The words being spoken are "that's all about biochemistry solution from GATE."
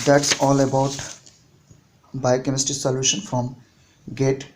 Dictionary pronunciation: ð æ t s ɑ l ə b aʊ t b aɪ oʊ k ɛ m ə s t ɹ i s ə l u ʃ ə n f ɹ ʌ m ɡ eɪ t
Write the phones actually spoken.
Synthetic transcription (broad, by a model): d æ t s ɑ l ə b aʊ t b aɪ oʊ k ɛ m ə s t i s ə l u ʃ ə n f ɹ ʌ m ɡ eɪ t